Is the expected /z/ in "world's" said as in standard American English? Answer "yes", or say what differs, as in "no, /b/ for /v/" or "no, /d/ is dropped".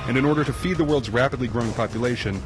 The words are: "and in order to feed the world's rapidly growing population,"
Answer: yes